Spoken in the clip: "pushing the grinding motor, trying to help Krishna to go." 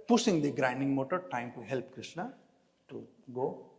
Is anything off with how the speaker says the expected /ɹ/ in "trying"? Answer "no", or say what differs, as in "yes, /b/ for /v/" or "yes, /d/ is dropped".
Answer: yes, /ɹ/ is dropped